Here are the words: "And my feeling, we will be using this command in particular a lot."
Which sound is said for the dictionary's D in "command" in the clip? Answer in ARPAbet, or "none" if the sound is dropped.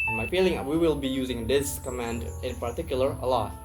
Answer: D